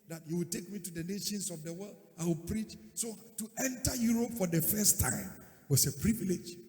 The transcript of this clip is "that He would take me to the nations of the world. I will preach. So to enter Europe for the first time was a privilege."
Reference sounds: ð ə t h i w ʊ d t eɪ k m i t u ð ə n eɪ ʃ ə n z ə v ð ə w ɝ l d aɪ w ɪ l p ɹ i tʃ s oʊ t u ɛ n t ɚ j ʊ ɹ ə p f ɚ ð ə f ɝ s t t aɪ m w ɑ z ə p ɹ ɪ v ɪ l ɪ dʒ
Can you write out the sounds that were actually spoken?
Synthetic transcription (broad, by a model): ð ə t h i w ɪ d t eɪ k m i t u ð ə n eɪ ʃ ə n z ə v ð ə w ɝ l d aɪ w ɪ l p ɹ i tʃ s oʊ t u ɛ n t ɚ j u ɹ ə p f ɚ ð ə f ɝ s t t aɪ m w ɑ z ə p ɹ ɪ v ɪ l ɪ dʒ